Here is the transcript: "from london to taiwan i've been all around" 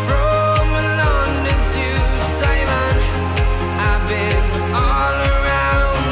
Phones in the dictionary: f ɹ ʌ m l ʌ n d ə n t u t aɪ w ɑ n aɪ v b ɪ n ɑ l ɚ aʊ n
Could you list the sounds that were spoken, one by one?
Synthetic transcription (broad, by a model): f ɹ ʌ m l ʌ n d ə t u s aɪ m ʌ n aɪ b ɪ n ɑ l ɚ aʊ n